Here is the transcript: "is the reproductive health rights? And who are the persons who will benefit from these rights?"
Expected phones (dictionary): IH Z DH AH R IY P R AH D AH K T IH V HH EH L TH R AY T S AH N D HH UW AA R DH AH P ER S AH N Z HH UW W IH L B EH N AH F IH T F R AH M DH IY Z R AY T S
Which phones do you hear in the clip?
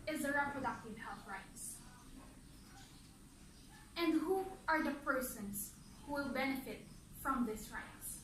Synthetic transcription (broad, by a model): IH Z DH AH R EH P R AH D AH K T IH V HH EH L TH R AY T S AH N D HH UW AA R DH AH P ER S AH N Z HH UW W IH L B EH N AH F IH T F R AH M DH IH S R AY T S